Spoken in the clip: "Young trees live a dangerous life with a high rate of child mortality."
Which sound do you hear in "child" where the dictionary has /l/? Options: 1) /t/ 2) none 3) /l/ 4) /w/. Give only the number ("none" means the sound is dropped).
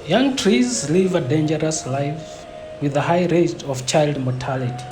3